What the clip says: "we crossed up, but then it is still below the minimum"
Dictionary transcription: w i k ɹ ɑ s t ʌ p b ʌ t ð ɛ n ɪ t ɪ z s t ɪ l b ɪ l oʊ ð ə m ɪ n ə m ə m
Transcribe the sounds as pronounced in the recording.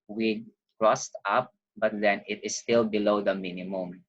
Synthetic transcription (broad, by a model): w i k ɹ ɑ s t ʌ p b ʌ t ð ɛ n ɪ t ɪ s t ɪ l b ɪ l oʊ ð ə m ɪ n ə m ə m